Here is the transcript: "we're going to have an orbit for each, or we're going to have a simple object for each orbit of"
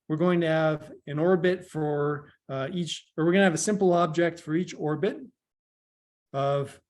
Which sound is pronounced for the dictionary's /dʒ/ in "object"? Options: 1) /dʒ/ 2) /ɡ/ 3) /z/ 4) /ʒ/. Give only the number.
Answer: 1